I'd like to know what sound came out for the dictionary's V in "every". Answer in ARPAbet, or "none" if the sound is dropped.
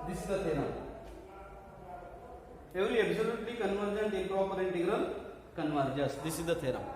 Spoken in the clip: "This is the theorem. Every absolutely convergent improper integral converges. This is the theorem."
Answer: none